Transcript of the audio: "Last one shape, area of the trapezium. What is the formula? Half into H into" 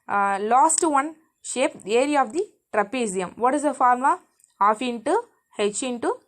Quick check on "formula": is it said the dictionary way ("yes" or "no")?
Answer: no